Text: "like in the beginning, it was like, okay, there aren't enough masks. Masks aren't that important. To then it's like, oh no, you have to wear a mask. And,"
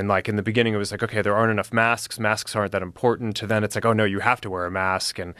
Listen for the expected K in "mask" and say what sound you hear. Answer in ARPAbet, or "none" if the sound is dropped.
K